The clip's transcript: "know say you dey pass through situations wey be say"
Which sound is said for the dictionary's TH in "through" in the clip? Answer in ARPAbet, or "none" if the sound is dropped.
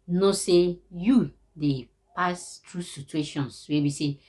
T